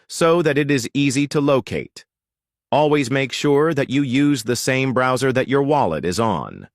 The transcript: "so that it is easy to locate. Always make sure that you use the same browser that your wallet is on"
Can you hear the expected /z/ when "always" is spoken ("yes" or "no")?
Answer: yes